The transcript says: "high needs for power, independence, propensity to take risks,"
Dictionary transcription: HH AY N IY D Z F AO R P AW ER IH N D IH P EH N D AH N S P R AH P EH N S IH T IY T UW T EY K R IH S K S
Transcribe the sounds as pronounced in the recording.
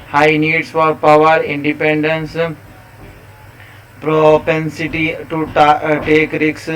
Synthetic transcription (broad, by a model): HH AY N IY D S F AO R P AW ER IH N D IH P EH N D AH N S P R AH P EH N S IH T IY T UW T EY K R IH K S